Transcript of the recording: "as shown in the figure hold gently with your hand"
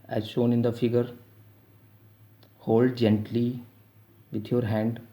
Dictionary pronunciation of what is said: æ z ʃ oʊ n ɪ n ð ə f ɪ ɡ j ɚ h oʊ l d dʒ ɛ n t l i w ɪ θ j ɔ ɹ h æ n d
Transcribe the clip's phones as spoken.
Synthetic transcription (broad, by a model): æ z ʃ oʊ n ɪ n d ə f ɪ ɡ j ɚ h oʊ l d dʒ ɛ n t l i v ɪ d j ɔ ɹ h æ n d